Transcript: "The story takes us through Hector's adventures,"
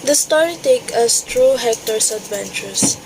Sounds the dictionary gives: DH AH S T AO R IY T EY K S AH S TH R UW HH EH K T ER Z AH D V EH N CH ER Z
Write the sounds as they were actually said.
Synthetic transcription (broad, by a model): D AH S T AO R IY T EY K AH S T R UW HH EH K T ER S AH D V EH N CH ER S